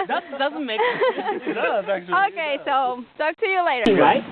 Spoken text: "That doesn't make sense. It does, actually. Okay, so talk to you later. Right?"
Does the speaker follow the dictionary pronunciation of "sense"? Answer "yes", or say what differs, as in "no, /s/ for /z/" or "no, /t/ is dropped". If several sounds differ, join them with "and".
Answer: no, /n/ is dropped